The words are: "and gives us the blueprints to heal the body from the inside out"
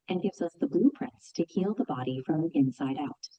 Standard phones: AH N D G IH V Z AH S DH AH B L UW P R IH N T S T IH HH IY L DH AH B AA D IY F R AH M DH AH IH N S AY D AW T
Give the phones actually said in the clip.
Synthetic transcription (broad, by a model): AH N G IH V Z AH S DH AH B L UW P R IH N T S T IH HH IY L DH AH B AA D IY F R AH M IH N S AY D AW T